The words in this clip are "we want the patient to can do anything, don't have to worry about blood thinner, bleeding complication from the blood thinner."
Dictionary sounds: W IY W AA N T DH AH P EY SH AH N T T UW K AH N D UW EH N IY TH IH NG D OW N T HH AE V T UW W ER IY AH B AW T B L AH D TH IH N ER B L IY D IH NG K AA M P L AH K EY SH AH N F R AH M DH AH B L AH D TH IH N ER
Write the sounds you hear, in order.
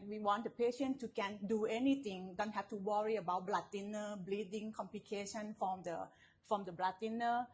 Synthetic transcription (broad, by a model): W IY W AA N T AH P EY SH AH N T T UW K AH N D UW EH N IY T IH NG D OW N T HH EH F T UW W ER IY AH B AW T B L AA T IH N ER B L IY D IH NG K AA M P L AH K EY SH AH N F R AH M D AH B L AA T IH N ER